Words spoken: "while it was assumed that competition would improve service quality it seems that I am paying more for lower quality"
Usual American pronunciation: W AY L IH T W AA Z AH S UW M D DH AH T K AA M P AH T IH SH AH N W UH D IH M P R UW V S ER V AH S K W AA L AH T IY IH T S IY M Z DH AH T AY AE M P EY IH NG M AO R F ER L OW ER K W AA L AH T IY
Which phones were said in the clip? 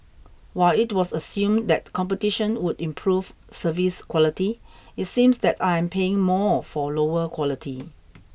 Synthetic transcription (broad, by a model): W AY L IH T W AA S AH S UW M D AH T K AA M P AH T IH SH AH N W UH D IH M P R UW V S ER V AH S K W AA L AH T IY IH T S IY M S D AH T AY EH M P EY IH NG M AO F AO L OW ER K W AA L AH T IY